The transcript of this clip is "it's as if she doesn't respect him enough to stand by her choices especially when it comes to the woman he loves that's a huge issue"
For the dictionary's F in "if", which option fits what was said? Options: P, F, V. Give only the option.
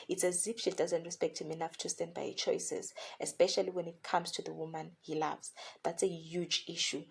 P